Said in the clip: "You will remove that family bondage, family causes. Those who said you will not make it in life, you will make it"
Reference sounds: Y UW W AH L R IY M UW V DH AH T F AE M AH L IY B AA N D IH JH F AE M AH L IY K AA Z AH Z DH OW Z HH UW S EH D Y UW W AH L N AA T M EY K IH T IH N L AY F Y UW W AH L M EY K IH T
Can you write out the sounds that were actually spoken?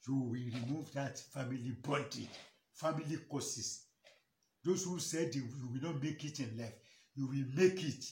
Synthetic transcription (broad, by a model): Y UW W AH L R IY M UW V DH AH T F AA M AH L IY B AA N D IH F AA M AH L IY K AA S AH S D OW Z HH UW S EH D Y UW W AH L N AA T M EY K IH T IH N L AY F Y UW W AH L M EY K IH T